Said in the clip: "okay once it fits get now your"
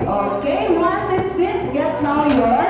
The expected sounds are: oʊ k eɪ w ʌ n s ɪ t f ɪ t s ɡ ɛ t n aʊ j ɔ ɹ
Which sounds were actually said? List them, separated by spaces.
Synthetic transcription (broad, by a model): oʊ k eɪ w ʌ s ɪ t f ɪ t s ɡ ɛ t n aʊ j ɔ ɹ